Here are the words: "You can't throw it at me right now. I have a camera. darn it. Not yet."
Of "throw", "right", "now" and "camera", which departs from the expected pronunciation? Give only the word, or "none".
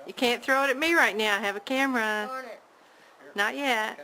none